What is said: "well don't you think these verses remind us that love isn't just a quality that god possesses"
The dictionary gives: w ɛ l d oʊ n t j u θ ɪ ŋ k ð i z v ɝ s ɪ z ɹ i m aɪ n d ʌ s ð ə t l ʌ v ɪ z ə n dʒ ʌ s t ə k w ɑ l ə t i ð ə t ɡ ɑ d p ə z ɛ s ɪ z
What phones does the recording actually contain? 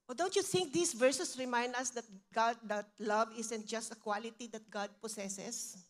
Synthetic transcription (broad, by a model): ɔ d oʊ n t j u θ ɪ ŋ k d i s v ɝ s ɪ s ɹ i m aɪ n d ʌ s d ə t l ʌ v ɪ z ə n dʒ ʌ s t ə k w ɑ l ə t i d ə t ɡ ɑ d p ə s ɛ s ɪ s